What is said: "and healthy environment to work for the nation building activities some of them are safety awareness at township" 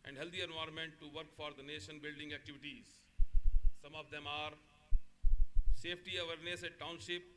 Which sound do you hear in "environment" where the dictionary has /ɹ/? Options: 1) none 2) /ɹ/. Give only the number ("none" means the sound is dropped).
1